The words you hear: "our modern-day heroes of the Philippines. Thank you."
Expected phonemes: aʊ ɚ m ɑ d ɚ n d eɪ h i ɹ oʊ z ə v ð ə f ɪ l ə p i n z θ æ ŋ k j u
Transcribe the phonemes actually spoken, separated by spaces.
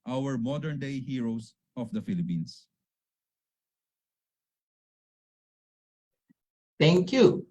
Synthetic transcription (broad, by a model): aʊ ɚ m ɑ d ɚ n d eɪ h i ɹ oʊ s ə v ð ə f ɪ l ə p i n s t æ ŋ k j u